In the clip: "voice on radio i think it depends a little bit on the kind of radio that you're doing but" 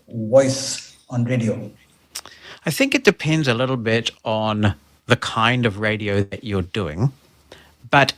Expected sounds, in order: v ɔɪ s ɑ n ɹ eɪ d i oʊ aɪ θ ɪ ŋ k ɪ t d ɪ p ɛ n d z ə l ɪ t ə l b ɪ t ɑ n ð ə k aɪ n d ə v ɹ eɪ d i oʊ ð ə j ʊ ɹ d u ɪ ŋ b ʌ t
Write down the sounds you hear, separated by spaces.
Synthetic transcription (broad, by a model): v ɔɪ s ɑ n ɹ eɪ d i oʊ aɪ θ ɪ ŋ k ɪ t d ɪ p ɛ n d z ə l ɪ t l b ɪ t n ð ə k aɪ n d ə v ɹ eɪ d i oʊ ð ə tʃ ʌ ɹ d u ɪ ŋ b ʌ t